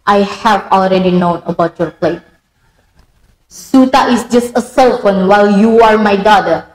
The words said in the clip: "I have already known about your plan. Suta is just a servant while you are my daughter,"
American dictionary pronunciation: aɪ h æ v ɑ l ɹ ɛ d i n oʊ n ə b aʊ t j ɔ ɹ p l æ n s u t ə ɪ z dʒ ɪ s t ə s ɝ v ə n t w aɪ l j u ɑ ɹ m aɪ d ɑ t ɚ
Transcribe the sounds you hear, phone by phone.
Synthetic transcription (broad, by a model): aɪ h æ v ɑ l ɹ ɛ d i n oʊ n ə b aʊ t j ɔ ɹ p l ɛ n s u t ə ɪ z dʒ ɪ s t ə s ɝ f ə n w aɪ l j u ɑ ɹ m aɪ d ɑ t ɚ